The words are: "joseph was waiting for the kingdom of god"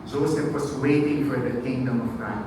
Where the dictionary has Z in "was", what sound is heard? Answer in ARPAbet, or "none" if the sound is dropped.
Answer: S